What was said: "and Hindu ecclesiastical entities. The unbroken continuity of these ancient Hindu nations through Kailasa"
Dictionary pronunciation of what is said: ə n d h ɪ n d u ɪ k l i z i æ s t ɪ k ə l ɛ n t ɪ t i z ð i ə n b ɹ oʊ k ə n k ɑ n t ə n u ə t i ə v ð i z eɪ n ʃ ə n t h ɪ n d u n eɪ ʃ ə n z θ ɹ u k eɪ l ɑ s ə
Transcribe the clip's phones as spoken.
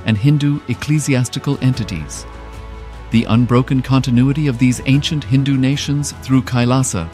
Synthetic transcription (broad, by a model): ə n h ɪ n d u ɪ k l i z i æ s t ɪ k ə l ɛ n t ɪ t i z ð i ə n b ɹ oʊ k ə n k ɑ n t ə n u ə t i ə v ð i z eɪ n ʃ ə n t h ɪ n d u n eɪ ʃ ə n z θ ɹ u k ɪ l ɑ s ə